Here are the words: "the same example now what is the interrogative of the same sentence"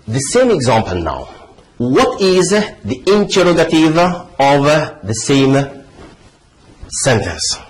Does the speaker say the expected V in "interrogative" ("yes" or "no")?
yes